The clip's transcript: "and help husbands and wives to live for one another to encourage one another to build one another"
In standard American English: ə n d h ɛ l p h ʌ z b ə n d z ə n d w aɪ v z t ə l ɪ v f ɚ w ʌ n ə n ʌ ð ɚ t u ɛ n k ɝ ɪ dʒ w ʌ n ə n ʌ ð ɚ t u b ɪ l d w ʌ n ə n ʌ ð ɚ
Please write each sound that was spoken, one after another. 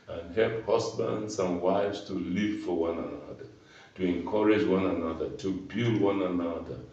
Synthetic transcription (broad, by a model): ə n h ɛ l p h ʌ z b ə n d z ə n w aɪ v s t ə l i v f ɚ w ʌ n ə n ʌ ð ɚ t u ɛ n k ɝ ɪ dʒ w ʌ n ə n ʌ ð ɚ t u b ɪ l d w ʌ n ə n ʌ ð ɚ